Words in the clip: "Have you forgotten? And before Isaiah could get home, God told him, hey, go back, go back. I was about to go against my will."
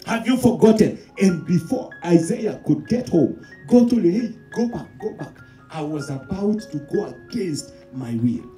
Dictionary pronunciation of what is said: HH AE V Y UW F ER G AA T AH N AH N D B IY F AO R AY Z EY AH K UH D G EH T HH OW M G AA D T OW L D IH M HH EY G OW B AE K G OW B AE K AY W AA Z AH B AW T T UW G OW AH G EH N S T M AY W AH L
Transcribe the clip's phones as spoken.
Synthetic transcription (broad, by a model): HH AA V Y UW F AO G AA T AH N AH N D B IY F AO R AY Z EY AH K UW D G EH T HH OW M G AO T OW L IH HH EY G OW B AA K G OW B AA K AY W AA Z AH B AW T T UW G OW AH G EH N S T M AY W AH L